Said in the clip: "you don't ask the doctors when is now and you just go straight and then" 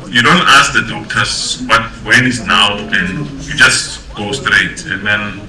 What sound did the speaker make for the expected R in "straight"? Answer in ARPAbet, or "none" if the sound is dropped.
R